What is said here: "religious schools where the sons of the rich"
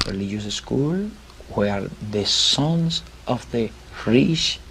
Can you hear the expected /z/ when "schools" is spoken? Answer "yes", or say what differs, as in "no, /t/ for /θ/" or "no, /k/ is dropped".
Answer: no, /z/ is dropped